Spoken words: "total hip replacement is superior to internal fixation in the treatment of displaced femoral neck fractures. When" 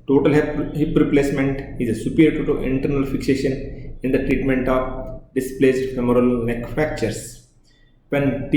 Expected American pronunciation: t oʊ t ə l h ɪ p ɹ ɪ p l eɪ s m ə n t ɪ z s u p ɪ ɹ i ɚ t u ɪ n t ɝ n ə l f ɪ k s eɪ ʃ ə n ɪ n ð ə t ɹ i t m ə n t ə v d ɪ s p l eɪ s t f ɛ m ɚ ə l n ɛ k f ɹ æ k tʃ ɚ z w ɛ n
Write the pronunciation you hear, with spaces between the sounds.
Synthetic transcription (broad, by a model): t oʊ t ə l h ɪ p ɹ ɪ p l eɪ s m ə n t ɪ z s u p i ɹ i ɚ t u ɪ n t ɝ n ə l f ɪ k s eɪ ʃ ə n ɪ n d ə t ɹ i t m ə n t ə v d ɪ s p l eɪ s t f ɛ m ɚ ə l n ɛ k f æ k tʃ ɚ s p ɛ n